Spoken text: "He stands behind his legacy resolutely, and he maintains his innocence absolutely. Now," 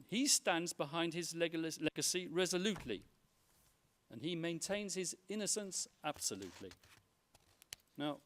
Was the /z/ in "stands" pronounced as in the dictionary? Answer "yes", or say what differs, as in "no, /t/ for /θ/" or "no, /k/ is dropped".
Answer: yes